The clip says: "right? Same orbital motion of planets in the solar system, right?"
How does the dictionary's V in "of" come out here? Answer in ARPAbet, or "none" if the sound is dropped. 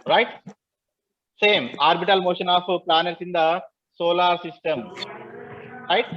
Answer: P